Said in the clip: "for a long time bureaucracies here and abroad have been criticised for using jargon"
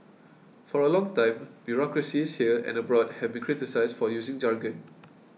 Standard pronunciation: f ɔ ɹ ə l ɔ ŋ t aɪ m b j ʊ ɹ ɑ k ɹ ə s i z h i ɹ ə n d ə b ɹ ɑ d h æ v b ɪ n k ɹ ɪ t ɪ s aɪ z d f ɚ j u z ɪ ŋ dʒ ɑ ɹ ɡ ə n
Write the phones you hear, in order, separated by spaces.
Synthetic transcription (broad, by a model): f ɔ ɹ ə l ɔ ŋ t aɪ m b j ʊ ɹ ɑ k ɹ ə s i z h i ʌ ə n ə b ɹ ɑ d h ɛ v b ɪ n k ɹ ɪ t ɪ s aɪ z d f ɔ j u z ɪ ŋ dʒ ɑ ɹ ɡ ə n